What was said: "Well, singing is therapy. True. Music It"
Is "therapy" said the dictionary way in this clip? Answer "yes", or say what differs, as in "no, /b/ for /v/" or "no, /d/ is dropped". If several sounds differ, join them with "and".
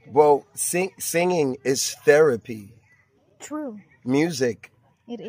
yes